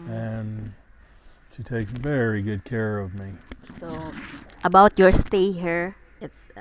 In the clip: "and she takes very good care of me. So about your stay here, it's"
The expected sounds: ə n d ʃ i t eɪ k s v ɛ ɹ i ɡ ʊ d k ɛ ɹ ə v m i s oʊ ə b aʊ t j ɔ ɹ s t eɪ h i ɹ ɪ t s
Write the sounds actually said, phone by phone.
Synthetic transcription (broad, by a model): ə n ʃ i t eɪ k v ɛ ɹ i ɡ ʊ d k ɛ ɹ ə v m i s oʊ ə b aʊ t j ɔ ɹ s t eɪ h i ɹ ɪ t s